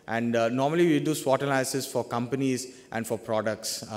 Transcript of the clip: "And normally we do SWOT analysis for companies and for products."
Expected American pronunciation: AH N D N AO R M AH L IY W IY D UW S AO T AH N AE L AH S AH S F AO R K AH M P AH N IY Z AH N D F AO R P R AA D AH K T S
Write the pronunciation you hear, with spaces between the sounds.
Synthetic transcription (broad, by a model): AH N D N AO R M AH L IY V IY D UW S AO T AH L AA AH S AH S F AO R K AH M P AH N IY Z AH N D F AO R P R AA D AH K T S